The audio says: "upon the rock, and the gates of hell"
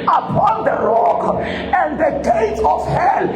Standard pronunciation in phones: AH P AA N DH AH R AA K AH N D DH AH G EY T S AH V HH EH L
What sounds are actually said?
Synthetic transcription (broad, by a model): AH P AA N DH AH R AA K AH N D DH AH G EY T AH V HH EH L